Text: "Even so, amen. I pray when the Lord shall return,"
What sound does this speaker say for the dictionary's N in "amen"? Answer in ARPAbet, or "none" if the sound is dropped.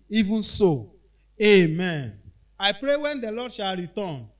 N